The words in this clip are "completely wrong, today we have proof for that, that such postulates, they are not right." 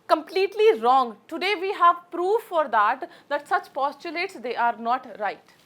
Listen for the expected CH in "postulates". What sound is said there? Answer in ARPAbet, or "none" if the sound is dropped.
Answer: CH